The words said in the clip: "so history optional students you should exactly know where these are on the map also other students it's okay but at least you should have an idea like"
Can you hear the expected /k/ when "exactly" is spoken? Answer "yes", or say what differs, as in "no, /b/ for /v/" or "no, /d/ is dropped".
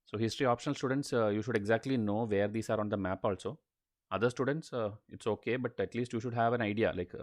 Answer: yes